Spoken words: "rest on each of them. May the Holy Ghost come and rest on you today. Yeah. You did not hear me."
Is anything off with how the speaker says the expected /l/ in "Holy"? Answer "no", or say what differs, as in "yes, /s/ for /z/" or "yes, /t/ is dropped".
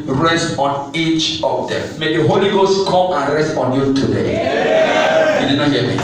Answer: no